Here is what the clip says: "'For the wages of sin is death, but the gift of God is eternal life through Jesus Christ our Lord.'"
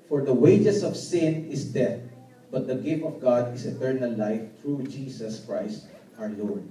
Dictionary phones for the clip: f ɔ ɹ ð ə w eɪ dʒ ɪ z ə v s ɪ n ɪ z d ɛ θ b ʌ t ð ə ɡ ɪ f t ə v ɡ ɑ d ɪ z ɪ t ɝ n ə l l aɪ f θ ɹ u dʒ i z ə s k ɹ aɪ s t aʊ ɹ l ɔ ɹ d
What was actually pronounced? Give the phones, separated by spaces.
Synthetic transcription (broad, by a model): f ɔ ɹ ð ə w eɪ dʒ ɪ s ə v s ɪ n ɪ s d ɛ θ b ʌ t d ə ɡ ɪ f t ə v ɡ ɑ d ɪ s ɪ t ɝ n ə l l aɪ f t ɹ u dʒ i s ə s k ɹ aɪ s t aʊ ɹ l ɔ ɹ d